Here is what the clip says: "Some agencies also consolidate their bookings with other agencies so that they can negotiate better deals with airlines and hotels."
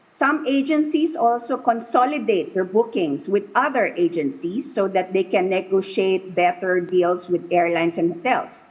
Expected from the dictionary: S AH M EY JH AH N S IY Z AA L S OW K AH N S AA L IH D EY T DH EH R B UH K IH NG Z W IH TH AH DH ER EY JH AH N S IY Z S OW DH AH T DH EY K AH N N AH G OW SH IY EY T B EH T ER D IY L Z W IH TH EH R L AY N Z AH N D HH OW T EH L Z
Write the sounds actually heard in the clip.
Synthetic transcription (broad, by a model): S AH M EY JH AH N S IY S AA L S OW K AH N S AA L IH D EY T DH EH R B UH K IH NG S W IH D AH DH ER EY JH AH N S IY S OW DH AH T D EY K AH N N AH G OW SH IY EY T B EH T ER D IY L S W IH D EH R L AY N S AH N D HH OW T EH L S